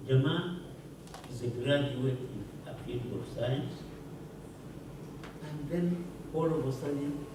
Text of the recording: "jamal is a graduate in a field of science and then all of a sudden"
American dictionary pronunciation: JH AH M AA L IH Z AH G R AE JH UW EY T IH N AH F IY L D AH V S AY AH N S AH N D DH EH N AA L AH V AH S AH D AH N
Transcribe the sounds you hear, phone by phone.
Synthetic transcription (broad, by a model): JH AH M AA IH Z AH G R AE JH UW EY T IH N AH P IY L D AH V S AY AH N S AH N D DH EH N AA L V AH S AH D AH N